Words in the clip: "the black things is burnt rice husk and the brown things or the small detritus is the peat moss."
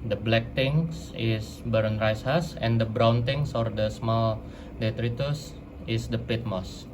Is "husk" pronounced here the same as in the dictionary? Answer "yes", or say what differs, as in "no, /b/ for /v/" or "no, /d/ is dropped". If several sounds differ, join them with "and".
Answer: no, /k/ is dropped